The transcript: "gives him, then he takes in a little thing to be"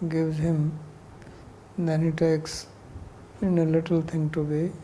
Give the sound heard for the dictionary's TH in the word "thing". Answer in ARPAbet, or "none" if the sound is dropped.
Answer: T